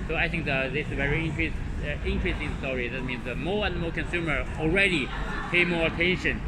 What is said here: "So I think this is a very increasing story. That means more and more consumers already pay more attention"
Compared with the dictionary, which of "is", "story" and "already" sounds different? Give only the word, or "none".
is